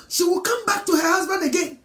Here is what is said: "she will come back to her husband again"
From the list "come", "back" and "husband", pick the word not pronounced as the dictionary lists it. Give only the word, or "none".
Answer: none